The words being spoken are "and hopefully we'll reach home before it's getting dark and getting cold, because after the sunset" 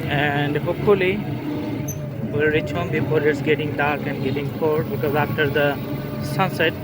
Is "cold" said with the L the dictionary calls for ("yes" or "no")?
no